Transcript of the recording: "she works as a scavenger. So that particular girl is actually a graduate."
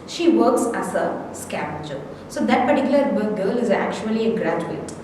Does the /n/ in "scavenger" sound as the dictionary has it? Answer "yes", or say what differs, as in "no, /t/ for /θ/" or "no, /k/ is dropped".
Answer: no, /n/ is dropped